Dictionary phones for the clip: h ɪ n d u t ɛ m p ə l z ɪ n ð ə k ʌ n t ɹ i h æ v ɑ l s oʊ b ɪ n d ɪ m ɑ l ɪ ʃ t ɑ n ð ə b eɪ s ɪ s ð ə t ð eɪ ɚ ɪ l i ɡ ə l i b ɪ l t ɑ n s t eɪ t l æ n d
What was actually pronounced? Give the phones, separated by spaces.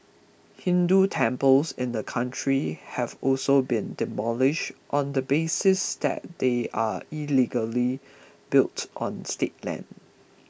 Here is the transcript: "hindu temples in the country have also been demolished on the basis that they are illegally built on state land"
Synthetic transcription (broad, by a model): h ɪ n d u t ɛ m p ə l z ɪ n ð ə k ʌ n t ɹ i h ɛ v ɑ l s oʊ b ɪ n d ɪ m ɑ l ɪ ʃ t ɑ n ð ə b eɪ s ɪ s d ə t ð eɪ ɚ ɪ l i ɡ ə l i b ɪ l t ɑ n s t eɪ t l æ n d